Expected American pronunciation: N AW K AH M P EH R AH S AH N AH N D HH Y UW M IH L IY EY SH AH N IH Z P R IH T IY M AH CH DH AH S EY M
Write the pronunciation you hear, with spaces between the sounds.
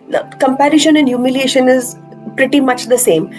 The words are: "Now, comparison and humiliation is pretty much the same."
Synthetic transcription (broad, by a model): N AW K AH M P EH R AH SH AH N AH N D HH Y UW M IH L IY EY SH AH N IH Z P R IH T IY M AH CH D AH S EY M